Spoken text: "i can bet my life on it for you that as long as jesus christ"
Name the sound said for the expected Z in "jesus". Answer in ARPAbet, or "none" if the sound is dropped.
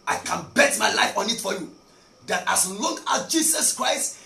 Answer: S